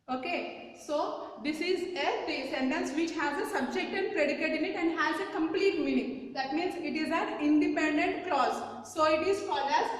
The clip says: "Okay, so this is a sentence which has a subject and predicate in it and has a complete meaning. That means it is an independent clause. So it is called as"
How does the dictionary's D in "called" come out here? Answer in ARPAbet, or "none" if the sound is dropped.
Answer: none